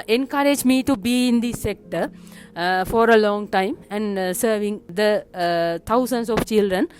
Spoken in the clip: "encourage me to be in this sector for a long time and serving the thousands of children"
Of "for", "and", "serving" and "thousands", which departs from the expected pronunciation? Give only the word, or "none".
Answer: thousands